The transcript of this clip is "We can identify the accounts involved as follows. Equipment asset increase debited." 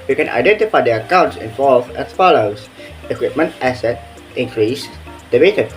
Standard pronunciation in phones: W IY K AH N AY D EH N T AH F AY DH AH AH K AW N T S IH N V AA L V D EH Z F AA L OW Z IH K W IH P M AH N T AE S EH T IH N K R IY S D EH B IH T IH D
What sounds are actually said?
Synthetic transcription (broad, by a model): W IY K AH N AY D EH N T AH F AY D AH AH K AW N T S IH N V AA L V EH S F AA L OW S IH K W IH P M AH N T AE S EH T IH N K R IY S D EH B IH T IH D